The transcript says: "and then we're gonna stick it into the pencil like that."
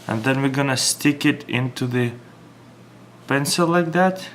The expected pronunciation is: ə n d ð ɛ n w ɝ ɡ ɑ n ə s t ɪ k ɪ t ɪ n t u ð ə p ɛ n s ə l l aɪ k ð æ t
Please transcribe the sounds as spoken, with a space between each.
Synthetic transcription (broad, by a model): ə n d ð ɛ n w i ɡ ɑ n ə s t ɪ k ɪ t ɪ n t u ð ə p ɛ n s ə l l aɪ k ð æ t